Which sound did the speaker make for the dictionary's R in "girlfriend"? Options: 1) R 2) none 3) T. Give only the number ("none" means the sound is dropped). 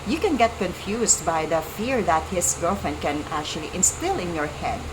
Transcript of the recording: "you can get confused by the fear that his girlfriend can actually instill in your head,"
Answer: 2